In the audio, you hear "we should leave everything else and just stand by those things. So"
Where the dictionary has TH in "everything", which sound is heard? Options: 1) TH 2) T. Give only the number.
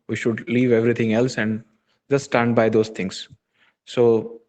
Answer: 2